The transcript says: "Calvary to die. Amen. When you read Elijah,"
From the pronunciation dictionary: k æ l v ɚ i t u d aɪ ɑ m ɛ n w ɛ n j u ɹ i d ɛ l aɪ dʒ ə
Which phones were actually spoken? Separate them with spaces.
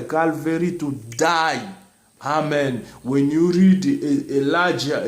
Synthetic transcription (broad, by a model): k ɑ l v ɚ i t u d aɪ ɑ m ɛ n w ɛ n j u ɹ i d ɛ l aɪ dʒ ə